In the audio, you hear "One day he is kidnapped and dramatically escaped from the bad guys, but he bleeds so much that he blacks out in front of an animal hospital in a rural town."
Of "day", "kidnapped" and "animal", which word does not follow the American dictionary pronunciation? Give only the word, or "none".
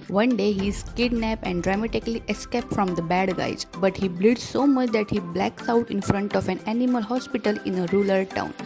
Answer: kidnapped